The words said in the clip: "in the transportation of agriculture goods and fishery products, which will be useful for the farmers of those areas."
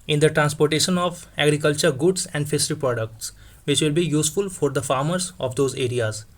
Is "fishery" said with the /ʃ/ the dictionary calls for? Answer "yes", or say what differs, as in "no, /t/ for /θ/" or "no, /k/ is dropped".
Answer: no, /s/ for /ʃ/